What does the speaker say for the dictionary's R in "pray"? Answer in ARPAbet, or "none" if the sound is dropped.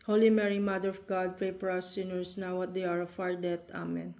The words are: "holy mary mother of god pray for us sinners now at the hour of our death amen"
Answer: none